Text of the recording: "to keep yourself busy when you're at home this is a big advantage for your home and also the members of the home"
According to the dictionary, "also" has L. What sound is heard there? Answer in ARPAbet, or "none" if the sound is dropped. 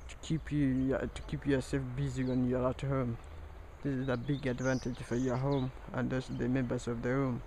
none